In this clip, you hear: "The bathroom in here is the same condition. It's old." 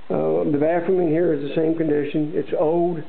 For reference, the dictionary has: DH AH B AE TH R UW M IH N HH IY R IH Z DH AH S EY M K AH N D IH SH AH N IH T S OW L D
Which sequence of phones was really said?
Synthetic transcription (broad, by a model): DH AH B AE F R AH M IH N HH IY R IH Z DH AH S EY M K AH N D IH SH AH N IH T S OW L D